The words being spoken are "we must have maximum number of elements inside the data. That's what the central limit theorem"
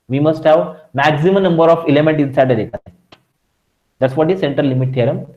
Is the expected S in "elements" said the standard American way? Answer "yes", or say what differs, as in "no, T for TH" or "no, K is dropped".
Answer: no, S is dropped